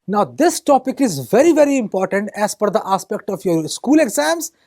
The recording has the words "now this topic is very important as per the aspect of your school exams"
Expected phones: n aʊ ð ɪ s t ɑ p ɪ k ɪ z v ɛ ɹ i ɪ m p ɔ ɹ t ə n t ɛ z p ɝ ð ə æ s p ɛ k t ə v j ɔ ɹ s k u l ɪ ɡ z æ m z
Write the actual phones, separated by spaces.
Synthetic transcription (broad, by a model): n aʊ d ɪ s t ɑ p ɪ k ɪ z v ɛ ɹ i ɪ m p ɔ ɹ t ə n t ɛ z f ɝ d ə æ s p ɛ k t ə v j ɔ ɹ s k u l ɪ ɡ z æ m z